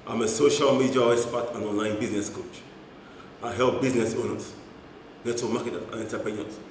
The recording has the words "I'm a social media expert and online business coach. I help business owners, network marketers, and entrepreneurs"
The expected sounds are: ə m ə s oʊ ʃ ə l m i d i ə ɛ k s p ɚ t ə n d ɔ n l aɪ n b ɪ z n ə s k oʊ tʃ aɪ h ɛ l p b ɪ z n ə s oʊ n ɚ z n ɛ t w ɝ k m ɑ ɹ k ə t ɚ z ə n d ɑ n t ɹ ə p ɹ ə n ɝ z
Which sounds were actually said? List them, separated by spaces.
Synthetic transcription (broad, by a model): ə m ə s oʊ ʃ ə l m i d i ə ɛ s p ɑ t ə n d ɔ n l aɪ n b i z n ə s k oʊ tʃ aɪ h ɛ l p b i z n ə s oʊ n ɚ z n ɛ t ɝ m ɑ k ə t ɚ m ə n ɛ n t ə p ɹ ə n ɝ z